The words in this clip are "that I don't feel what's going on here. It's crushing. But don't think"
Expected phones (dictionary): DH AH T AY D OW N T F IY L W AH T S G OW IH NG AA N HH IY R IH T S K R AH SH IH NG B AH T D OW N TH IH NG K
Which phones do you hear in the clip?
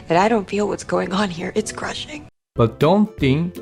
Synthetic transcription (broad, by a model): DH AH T AY D OW N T F IY L W AH T S G OW IH NG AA N HH IY R IH T S K R AH SH IH NG B AH T D OW N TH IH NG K